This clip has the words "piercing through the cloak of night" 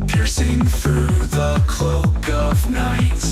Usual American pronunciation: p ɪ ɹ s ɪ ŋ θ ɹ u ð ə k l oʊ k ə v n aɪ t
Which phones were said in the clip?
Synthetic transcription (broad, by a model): p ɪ ɹ s ɪ ŋ θ ɹ u ð ə k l oʊ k ə v n aɪ t